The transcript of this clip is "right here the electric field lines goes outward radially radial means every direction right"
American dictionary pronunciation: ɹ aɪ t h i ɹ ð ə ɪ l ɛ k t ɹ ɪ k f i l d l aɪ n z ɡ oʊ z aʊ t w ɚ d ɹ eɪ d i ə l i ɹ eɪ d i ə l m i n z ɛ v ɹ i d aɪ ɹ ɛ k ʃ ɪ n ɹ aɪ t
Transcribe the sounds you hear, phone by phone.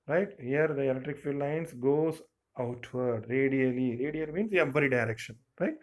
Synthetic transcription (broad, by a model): ɹ aɪ t h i ɹ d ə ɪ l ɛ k t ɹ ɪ k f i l l aɪ n s ɡ oʊ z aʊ t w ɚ d ɹ eɪ d i ə l i ɹ eɪ d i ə l m i n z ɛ b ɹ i d aɪ ɹ ɛ k ʃ ɪ n ɹ aɪ t